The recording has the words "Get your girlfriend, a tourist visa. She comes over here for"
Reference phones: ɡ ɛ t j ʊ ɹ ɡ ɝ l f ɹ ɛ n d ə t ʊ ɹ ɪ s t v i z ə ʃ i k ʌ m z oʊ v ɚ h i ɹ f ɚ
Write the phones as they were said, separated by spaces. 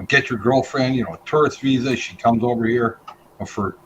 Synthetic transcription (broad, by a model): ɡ ɛ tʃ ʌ ɹ ɡ ɝ l f ɹ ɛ n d ə t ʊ ɹ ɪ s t v i z ə ʃ i k ʌ m z oʊ v ɚ h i ɹ f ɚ